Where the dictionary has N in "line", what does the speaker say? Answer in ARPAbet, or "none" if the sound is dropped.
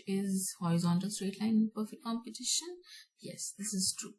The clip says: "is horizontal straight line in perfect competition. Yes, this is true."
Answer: none